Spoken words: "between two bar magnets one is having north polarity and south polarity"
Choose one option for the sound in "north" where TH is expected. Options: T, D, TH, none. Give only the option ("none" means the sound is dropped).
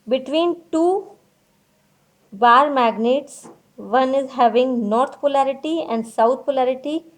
T